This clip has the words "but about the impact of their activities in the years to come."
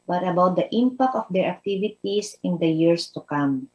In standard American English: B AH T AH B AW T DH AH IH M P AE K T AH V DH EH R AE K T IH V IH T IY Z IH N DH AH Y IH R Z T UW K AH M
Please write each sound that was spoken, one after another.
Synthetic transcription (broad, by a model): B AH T AH B AW T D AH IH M P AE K T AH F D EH R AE K T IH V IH T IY S IH N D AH Y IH R S T UW K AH M